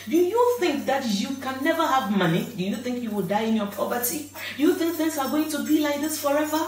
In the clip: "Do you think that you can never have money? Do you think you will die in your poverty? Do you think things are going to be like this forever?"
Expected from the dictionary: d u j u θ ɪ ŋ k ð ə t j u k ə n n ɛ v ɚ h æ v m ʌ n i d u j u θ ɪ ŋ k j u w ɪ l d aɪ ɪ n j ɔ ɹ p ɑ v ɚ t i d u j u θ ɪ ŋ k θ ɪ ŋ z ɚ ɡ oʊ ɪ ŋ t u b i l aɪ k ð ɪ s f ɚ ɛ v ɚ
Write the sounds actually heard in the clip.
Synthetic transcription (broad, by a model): d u j u θ ɪ ŋ k ð ə t j u k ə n n ɛ v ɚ h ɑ v m ʌ n i d u j u θ ɪ ŋ k j u w ɪ l d aɪ ɪ n j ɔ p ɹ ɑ p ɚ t i d u j u θ ɪ ŋ k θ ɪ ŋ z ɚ ɡ oʊ ɪ ŋ t u b i l aɪ k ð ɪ s f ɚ ɛ v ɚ